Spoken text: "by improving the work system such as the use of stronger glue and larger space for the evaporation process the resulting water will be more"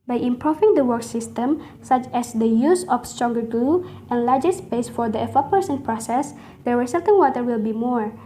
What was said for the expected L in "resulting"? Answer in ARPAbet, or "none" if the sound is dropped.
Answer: none